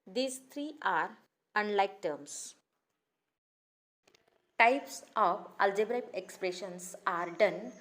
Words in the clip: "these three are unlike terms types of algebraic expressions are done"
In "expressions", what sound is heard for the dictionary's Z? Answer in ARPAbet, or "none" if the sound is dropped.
S